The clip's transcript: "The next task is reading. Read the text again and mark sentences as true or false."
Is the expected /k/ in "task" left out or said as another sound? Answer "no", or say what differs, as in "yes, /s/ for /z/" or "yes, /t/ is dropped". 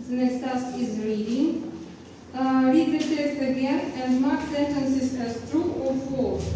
yes, /k/ is dropped